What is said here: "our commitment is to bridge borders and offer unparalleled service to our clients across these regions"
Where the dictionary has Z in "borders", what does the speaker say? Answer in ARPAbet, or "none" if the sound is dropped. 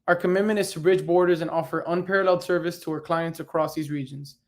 Z